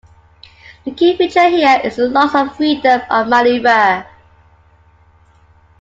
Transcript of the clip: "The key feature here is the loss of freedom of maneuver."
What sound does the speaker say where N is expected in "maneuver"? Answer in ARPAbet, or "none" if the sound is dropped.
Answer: L